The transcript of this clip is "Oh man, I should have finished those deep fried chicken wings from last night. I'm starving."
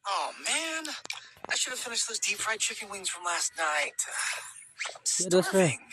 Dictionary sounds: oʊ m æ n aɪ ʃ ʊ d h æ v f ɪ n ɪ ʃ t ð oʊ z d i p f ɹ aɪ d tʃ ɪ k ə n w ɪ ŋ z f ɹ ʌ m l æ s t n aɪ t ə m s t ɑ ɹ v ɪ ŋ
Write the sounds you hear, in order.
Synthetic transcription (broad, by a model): oʊ m æ n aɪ ʃ ʊ d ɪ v f ɪ n ɪ ʃ t ð oʊ z d i p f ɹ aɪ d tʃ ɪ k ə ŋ w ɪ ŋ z f ɹ ʌ m l æ s t n aɪ t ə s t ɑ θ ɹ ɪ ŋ